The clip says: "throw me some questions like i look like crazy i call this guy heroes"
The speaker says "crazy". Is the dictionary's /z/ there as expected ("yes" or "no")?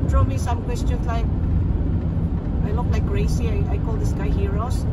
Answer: no